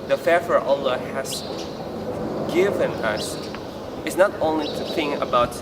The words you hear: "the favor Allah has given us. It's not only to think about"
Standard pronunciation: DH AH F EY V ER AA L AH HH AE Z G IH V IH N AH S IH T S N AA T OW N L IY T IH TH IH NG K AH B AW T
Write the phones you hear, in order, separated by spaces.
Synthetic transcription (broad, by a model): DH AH F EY F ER AA L AH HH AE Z G IH V IH N AH S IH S N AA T OW N L IY T IH TH IH NG K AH B AW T